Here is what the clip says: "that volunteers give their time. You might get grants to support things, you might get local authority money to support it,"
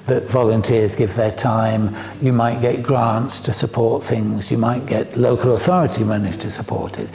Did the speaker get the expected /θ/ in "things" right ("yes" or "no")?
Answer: yes